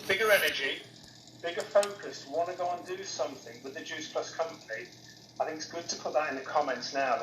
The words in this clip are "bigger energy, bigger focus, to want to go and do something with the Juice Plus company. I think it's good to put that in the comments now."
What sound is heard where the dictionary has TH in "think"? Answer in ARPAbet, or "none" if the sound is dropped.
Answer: TH